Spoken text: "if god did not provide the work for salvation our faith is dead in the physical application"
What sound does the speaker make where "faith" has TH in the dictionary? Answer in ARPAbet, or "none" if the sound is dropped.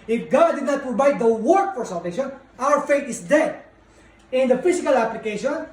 T